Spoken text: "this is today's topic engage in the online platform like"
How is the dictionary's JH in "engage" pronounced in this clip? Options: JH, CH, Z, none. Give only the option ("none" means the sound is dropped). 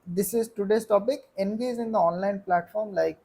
Z